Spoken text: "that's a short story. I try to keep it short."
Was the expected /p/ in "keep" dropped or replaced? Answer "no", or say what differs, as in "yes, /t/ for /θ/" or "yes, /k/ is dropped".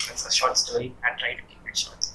yes, /p/ is dropped